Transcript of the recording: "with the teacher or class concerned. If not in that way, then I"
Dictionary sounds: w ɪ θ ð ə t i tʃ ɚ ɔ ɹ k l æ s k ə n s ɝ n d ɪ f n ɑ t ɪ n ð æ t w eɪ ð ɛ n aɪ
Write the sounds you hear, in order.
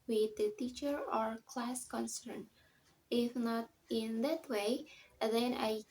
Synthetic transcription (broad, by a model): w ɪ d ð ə t i tʃ ɚ ɔ ɹ k l æ s k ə n s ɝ n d ɪ f n ɑ t ɪ n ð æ t w eɪ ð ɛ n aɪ